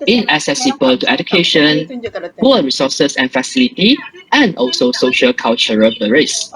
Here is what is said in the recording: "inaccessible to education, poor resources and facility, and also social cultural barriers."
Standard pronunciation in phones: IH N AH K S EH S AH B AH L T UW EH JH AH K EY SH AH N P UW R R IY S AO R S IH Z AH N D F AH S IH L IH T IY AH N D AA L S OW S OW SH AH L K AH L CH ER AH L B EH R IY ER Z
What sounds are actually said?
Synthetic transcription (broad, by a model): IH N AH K S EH S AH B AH L T UW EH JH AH K EY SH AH N B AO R R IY S AO S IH S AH N F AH S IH L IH T IY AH N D AA L S OW S OW SH AH L K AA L CH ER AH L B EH R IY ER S